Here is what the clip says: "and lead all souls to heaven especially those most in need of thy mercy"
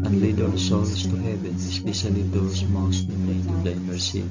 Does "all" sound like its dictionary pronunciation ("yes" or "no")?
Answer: no